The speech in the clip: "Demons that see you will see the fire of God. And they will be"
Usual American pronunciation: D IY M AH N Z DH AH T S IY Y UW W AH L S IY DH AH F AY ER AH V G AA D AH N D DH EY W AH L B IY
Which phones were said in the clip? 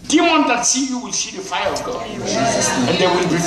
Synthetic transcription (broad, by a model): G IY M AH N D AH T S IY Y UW W AH L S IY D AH F AY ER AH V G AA AH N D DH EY W AH L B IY